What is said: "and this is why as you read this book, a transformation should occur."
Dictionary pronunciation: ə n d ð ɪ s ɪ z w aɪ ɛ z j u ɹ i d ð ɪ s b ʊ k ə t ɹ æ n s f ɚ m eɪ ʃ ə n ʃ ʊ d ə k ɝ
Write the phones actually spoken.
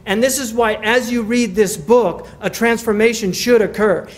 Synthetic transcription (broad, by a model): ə n ð ɪ s ɪ z w aɪ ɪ z j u ɹ i d ð ɪ s b ʊ k ə t ɹ æ n s f ɚ m eɪ ʃ ə n ʃ ʊ d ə k ɝ